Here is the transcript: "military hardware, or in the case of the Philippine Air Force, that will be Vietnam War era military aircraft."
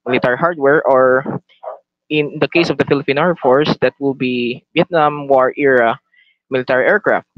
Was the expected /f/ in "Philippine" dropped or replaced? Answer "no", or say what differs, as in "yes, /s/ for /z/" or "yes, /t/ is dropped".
no